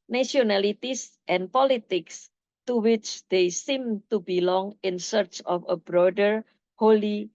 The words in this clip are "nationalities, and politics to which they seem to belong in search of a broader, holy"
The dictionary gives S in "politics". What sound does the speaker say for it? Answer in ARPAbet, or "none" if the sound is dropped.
S